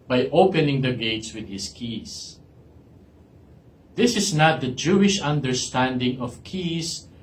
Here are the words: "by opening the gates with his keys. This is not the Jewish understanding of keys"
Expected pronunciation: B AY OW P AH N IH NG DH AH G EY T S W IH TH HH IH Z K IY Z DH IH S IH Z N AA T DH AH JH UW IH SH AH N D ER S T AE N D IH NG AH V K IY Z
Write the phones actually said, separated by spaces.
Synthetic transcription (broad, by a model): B AY OW P AH N IH NG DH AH G EY T S W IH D HH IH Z K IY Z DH IH S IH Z N AA T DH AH JH UW IH SH AH N D ER S T AE N D IH NG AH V K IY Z